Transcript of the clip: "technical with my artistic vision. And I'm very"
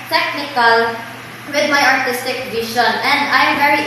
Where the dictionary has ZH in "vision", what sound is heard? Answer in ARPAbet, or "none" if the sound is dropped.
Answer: SH